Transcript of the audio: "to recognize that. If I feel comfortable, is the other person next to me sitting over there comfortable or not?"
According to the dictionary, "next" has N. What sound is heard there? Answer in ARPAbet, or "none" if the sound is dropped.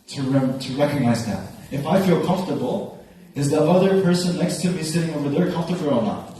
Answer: L